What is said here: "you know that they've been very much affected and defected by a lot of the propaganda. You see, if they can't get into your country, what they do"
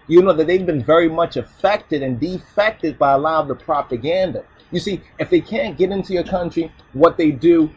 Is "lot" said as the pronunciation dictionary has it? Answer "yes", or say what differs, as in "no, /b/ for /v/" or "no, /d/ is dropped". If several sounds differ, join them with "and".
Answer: no, /t/ is dropped